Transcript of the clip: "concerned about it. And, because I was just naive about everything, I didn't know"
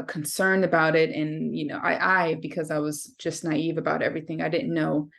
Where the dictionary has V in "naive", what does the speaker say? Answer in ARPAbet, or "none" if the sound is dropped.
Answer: V